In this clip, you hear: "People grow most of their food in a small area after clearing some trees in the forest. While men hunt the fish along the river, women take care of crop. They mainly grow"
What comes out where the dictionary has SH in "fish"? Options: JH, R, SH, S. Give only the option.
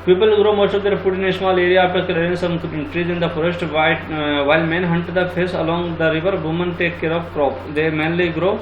S